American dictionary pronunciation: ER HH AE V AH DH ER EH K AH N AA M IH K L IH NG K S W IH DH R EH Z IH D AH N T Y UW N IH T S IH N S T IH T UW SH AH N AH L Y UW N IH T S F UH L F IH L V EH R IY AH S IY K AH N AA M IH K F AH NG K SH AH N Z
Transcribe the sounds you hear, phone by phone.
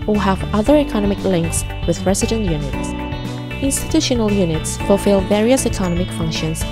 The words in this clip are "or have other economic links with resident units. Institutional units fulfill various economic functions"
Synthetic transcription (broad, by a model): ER HH AE V AH DH ER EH K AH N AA M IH K L IH NG K S W IH DH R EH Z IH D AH N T Y UW N IH T S IH N S T IH T UW SH AH N AH L Y UW N IH T S F UH L F IH L V EH R IY AH S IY K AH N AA M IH K F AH NG K SH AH N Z